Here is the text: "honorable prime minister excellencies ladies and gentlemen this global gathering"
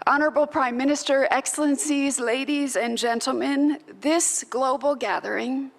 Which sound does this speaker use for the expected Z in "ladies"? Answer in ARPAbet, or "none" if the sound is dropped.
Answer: Z